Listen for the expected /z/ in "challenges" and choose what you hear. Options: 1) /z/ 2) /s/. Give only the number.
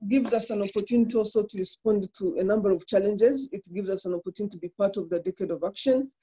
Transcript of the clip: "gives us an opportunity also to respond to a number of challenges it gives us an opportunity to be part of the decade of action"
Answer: 1